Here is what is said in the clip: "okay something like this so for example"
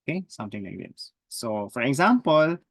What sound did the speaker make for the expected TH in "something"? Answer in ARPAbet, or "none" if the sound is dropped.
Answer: T